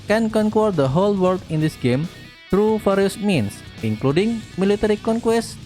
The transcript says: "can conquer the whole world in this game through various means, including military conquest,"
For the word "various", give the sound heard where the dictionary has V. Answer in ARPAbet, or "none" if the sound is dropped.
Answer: F